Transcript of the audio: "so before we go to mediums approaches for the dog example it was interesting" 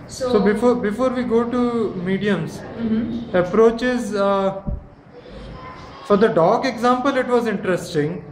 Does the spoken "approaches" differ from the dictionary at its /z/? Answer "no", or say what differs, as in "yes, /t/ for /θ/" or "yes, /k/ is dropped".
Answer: no